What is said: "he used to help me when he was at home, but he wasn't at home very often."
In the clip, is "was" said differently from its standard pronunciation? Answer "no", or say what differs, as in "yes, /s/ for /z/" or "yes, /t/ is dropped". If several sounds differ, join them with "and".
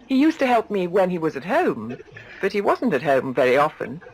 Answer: no